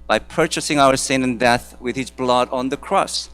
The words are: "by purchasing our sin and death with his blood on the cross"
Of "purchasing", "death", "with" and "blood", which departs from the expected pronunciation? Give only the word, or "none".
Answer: none